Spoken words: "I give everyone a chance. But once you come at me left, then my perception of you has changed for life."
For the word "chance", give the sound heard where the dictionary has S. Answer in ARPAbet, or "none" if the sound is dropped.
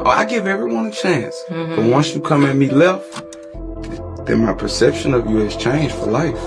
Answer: S